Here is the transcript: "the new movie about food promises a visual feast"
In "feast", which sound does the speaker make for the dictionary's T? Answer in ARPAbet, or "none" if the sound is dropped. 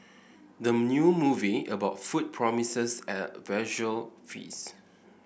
none